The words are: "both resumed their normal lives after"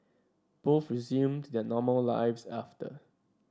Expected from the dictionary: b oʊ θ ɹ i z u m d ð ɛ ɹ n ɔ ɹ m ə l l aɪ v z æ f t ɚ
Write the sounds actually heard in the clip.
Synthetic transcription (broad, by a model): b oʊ f ɹ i z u m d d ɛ n ɔ m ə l l aɪ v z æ f t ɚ